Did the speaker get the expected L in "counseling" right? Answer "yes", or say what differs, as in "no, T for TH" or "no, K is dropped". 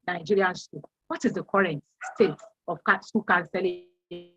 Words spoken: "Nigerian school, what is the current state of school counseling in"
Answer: no, L is dropped